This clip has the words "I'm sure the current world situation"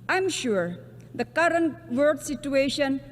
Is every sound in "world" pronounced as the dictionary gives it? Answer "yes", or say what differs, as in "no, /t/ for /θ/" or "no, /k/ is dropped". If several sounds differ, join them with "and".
no, /l/ is dropped